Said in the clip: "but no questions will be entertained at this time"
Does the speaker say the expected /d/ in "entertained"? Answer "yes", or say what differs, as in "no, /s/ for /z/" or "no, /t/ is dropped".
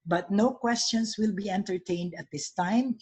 yes